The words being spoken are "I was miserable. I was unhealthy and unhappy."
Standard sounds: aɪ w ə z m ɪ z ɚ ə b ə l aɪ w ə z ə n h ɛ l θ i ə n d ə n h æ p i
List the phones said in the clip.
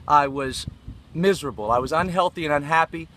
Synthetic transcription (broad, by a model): aɪ w ə z m ɪ z ɚ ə b l aɪ w ə z ə n h ɛ l θ i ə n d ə n h æ p i